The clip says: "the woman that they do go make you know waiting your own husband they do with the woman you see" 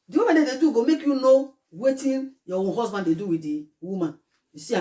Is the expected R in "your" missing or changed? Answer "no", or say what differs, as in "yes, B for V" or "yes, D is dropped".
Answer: yes, W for R